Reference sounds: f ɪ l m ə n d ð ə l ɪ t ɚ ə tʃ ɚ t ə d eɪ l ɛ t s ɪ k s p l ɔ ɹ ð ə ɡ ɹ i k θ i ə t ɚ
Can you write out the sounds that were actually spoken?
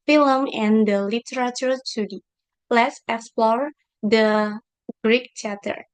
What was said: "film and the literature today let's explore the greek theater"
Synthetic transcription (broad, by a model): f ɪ l m ə n d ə l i t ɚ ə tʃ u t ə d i l ɛ t s ɪ k s p l ɔ ɹ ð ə ɡ ɹ i k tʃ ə t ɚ